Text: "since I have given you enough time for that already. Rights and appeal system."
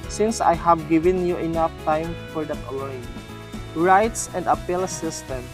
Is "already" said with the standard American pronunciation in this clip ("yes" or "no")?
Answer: no